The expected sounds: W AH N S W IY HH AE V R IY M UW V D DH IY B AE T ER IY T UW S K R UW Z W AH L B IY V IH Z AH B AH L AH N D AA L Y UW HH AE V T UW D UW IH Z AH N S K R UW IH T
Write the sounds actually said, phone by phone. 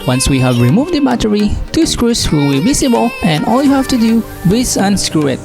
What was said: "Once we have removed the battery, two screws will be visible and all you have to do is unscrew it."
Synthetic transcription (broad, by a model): W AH N S W IY HH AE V R IY M UW V D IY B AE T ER IY T UW S K R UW S W AH L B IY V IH S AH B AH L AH N AA L Y UW HH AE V T UW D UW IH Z AH N S K R UW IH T